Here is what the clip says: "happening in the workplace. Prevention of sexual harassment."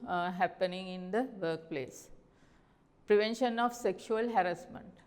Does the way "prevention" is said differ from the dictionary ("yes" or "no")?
no